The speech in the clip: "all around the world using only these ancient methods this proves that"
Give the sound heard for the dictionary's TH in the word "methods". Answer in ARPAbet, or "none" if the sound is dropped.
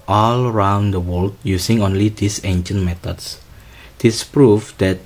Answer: T